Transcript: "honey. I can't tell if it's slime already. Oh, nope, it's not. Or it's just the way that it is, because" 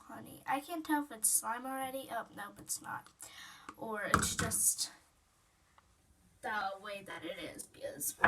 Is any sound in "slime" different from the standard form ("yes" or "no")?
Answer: no